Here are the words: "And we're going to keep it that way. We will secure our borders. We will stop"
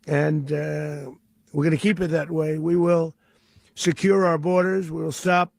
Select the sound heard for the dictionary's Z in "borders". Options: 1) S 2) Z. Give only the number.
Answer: 2